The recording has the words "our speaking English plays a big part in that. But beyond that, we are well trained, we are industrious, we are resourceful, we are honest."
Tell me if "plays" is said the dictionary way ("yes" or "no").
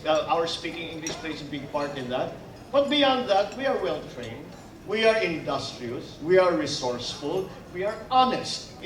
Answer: no